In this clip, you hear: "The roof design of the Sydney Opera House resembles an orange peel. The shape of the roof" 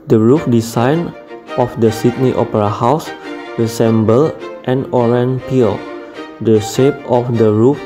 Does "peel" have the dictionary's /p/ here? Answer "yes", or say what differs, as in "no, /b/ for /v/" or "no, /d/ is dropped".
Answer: yes